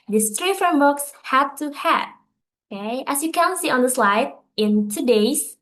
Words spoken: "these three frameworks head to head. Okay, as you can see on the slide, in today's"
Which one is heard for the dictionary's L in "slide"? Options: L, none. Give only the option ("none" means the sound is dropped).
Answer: L